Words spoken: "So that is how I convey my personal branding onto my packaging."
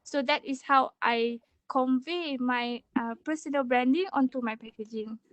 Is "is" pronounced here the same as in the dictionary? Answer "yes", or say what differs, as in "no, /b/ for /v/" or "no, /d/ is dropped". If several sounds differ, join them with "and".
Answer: no, /s/ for /z/